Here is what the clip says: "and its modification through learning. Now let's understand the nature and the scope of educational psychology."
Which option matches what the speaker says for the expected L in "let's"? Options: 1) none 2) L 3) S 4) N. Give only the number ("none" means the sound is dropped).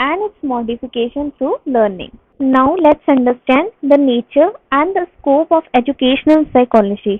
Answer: 2